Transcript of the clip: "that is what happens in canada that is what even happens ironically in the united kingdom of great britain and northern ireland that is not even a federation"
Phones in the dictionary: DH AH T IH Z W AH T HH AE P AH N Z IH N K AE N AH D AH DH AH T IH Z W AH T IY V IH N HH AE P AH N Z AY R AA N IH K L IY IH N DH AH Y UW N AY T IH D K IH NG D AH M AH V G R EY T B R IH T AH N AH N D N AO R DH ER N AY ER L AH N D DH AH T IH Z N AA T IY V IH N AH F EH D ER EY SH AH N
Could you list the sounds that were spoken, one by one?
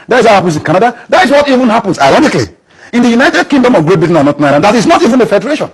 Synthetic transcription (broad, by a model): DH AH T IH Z W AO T HH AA P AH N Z IH N K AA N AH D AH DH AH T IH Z W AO T IY V IH N HH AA P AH N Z AY L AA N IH K L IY IH N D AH Y UW N AY T IH D K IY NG D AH M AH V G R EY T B IH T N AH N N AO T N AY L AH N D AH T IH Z N AA T IY V IH N AH F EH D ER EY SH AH N